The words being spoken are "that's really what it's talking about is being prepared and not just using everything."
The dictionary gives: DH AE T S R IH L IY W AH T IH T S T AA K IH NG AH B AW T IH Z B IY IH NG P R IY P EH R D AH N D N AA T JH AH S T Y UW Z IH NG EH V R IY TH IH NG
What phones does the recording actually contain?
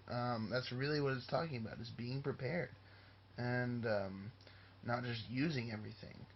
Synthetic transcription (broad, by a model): DH AE T S R IH L IY W AH T IH T S T AA K IH NG AH B AW T IH Z B IY IH NG P R IY P EH R D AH N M N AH T JH AH S T Y UW Z IH NG EH V R IY TH IH NG